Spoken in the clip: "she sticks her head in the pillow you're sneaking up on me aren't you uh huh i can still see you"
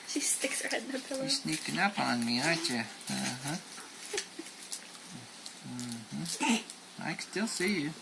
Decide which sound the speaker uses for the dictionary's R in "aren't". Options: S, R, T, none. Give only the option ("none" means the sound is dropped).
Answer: none